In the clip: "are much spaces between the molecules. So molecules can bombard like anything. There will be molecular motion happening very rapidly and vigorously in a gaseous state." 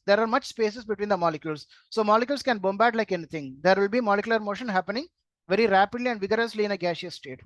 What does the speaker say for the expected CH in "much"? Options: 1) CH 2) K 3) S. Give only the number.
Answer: 1